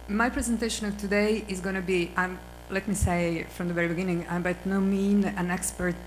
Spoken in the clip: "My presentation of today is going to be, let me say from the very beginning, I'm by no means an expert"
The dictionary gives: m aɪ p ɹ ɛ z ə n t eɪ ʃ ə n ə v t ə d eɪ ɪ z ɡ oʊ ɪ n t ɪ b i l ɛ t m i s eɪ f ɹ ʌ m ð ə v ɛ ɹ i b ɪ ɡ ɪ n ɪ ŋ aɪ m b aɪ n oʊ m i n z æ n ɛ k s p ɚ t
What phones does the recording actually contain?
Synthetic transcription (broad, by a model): m aɪ p ɹ ɛ z ə n t eɪ ʃ ə n ə v t ə d eɪ ɪ z ɡ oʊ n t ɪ b i l ɛ t m i s eɪ f ɹ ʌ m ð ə v ɛ ɹ i b ɪ ɡ ɪ n ɪ ŋ aɪ m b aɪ n oʊ m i n æ n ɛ k s p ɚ t